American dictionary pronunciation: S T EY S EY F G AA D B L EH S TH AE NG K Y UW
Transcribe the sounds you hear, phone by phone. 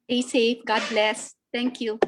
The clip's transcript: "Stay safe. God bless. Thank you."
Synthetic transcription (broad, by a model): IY S EY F G AA D B L EH S T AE NG K Y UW